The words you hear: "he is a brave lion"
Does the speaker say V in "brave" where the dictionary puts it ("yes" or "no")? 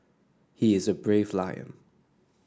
yes